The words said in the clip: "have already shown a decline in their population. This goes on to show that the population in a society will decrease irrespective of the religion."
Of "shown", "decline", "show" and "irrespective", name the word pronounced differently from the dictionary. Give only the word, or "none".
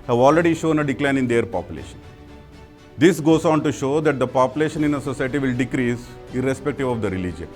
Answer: none